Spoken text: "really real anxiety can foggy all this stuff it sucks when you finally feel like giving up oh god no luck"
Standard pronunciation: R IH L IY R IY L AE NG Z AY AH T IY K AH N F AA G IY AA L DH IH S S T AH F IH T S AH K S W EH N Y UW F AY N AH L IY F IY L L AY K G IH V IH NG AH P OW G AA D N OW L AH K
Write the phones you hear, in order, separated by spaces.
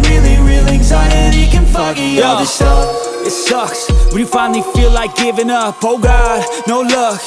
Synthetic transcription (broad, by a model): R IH L IY R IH L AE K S AY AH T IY K AH N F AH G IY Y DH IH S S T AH IH T S AH K S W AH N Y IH F AY N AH L IY F IY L L AY K G IH V IH NG AH P OW G AA D N OW L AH K